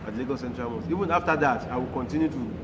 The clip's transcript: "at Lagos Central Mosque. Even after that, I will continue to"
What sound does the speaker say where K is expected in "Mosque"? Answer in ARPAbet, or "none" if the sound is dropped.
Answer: none